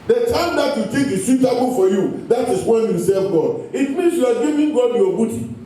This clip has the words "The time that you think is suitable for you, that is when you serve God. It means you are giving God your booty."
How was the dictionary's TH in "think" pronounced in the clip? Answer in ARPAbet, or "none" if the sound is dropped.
T